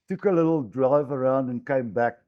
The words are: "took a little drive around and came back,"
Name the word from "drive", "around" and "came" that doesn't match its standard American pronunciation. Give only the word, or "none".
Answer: none